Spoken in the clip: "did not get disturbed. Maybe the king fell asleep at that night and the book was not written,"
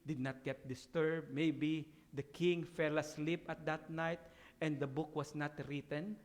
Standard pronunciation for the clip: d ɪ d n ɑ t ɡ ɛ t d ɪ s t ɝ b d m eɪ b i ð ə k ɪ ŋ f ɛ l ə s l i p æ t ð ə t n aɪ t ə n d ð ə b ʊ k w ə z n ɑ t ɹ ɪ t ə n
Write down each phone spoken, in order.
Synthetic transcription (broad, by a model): d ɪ d n ɑ t ɡ ɛ t d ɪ s t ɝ b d m eɪ b i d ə k ɪ ŋ f ɛ l ə s l i p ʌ t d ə t n aɪ t ə n d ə b ʊ k w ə s n ɑ t ɹ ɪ t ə n